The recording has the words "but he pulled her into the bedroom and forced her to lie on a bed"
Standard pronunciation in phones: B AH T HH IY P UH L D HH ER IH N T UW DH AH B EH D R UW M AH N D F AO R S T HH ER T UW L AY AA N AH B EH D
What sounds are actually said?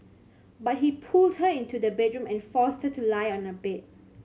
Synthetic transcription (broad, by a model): B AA T HH IY P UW L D HH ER IH N T UW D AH B EH D R UW M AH N F AO S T HH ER T UW L AY AA N AH B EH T